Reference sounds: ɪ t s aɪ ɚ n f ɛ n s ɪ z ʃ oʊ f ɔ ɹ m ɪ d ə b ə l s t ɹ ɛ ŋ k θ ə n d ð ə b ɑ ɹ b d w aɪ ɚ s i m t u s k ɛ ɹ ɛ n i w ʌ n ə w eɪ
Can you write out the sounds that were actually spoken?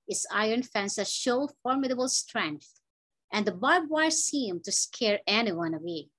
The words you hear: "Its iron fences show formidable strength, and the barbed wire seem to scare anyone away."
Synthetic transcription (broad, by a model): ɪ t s aɪ ɚ n f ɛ n s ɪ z ʃ oʊ f ɔ ɹ m ɪ d ə b ə l s t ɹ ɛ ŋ k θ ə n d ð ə b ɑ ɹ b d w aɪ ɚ s i m t u s k ɛ ɹ ɛ n i w ʌ n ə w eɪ